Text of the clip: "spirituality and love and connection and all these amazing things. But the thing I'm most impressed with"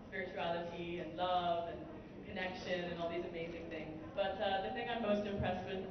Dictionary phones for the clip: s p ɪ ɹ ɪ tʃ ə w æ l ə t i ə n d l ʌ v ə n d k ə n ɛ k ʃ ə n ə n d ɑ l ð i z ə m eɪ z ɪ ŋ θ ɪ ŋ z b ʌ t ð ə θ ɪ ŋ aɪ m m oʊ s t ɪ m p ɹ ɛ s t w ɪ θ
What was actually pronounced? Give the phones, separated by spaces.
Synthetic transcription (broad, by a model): s p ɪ ɹ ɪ tʃ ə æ l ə t i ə n l ʌ v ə n k ə n ɛ k ʃ ə n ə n ɑ l ð i z ə m eɪ z ɪ ŋ θ ɪ ŋ z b ʌ t ð ə θ ɪ ŋ aɪ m m oʊ s t ɪ m p ɹ ɛ s t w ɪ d